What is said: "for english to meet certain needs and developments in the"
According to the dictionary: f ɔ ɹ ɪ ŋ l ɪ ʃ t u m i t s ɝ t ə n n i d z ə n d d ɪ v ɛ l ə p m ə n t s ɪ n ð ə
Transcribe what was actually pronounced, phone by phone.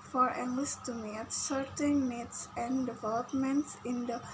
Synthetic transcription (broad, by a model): f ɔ ɹ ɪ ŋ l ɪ s t u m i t s ɝ t ə n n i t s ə n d d ɪ v ɛ l ə p m ə n t s ɪ n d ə